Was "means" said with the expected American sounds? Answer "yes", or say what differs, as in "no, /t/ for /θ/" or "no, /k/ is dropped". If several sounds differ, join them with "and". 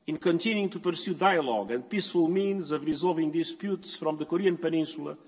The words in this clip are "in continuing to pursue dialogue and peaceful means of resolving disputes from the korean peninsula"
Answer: yes